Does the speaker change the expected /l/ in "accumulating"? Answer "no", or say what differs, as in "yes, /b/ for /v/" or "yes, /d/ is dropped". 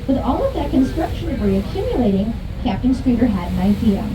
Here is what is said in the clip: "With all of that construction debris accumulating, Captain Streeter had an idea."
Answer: no